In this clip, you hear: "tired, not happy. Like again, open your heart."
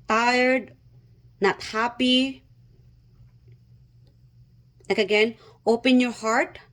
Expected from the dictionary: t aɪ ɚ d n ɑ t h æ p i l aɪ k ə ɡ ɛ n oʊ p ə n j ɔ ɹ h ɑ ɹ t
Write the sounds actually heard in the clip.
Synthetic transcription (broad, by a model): t aɪ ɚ d n ɑ t h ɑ p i n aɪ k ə ɡ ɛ n oʊ p ə n j ɔ ɹ h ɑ ɹ t